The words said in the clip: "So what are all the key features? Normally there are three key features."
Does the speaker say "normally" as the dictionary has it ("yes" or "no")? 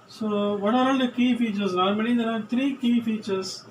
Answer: no